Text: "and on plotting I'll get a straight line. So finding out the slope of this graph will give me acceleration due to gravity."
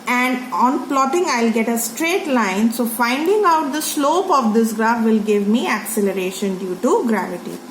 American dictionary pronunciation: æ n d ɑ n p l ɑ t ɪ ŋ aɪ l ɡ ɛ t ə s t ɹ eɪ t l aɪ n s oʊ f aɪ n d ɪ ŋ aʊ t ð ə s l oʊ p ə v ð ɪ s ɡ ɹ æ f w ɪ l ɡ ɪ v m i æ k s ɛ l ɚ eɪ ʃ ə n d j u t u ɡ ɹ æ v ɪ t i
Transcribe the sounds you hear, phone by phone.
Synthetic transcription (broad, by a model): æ n d ɑ n p l ɑ t ɪ ŋ aɪ l ɡ ɛ t ə s t ɹ eɪ t l aɪ n s oʊ f aɪ n d ɪ ŋ aʊ t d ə s l oʊ p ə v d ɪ s ɡ ɹ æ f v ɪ l ɡ ɪ v m i æ k s ɛ l ɚ eɪ ʃ ə n d j u t u ɡ ɹ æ v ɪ t i